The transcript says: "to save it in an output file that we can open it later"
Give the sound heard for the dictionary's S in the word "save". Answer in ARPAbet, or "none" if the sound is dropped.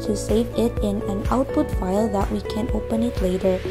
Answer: S